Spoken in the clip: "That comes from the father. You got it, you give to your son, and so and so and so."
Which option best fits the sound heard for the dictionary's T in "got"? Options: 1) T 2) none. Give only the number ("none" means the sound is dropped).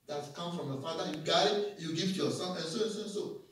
2